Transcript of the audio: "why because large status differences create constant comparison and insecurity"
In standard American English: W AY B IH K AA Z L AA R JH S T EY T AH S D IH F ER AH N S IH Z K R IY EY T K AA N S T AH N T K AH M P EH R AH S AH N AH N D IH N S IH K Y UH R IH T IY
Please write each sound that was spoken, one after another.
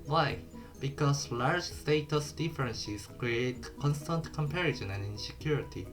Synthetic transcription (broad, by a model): W AY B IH K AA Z L AA R JH S T EY T AH S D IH F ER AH N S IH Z K R IY EY T K AA N S T AH N T K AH M P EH R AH SH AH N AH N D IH N S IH K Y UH R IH T IY